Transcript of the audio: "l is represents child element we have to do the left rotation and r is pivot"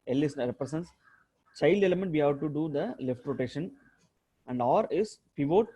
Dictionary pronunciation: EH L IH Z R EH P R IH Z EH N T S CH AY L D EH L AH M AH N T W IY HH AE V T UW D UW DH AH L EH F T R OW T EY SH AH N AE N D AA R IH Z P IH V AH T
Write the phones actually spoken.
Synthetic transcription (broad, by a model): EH L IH S R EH P R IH S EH N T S CH AY L D EH L AH M AH N T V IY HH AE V T UW D UW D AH L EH F T R OW T EY SH AH N AE N D AA R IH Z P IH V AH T